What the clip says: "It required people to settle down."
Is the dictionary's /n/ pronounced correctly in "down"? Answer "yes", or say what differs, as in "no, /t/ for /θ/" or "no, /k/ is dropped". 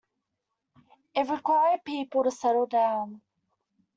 yes